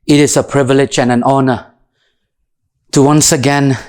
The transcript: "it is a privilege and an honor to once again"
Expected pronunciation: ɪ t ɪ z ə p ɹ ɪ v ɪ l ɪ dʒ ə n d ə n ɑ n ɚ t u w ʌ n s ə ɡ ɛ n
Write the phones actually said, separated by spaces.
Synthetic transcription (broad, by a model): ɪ t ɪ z ə p ɹ ɪ v ɪ l ɪ dʒ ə n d ə n ɑ n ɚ t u w ʌ n s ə ɡ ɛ n